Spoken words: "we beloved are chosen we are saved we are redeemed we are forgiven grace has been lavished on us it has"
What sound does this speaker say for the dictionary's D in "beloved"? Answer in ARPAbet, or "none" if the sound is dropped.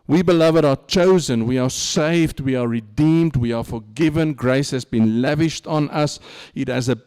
D